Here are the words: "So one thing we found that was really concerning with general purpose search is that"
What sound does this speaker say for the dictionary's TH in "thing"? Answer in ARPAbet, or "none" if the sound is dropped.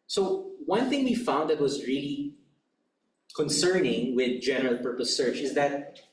TH